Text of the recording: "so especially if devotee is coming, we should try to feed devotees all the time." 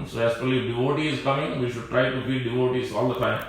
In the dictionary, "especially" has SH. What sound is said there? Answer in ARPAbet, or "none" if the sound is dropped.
none